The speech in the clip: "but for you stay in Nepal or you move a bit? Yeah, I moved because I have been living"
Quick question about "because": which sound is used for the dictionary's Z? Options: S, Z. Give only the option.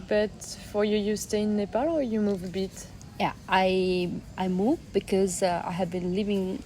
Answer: Z